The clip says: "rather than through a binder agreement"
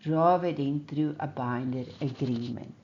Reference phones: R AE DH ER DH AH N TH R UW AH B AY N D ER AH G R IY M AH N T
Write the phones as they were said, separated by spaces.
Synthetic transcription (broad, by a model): R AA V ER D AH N T R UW AH B AY N D ER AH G R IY M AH N